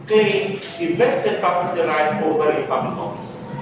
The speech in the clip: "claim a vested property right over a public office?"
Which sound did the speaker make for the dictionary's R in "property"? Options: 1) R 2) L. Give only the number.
2